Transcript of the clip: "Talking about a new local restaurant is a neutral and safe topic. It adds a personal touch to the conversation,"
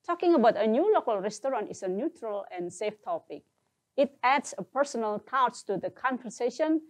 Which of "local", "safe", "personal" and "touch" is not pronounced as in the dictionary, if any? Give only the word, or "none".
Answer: touch